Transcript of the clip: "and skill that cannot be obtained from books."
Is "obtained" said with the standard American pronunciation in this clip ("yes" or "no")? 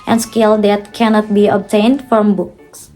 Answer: yes